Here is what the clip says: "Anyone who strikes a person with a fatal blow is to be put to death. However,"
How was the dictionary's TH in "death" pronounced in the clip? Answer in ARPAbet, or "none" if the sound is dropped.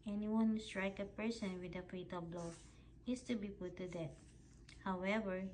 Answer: T